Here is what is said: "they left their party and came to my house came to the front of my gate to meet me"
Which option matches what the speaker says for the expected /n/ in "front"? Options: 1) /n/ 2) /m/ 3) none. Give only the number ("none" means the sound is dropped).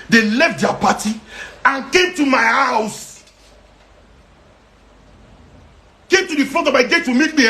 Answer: 3